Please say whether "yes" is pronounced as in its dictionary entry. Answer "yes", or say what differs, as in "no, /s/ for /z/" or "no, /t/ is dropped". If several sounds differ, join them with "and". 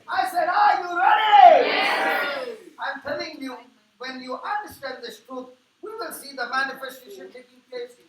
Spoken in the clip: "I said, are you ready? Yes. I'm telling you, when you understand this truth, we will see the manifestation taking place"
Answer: no, /s/ is dropped